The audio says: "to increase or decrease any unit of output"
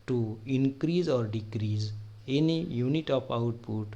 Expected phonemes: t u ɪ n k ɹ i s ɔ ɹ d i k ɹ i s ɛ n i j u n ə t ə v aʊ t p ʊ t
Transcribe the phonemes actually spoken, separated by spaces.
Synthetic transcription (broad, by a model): t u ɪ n k ɹ i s ɔ ɹ d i k ɹ i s ɛ n i j u n ə t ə p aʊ t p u t